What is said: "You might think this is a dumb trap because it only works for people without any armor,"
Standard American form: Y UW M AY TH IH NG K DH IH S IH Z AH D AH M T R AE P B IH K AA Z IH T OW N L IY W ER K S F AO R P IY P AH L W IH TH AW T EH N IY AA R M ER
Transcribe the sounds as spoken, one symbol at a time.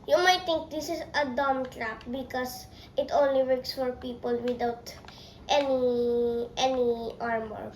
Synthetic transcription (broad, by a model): Y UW M AY T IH NG K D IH S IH S AH D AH M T R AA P B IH K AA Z IH T OW N L IY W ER K S F AO R P IY P AH L W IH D AW T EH N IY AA R M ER